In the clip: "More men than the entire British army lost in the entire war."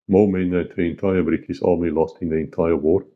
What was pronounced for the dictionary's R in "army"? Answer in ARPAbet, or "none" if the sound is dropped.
L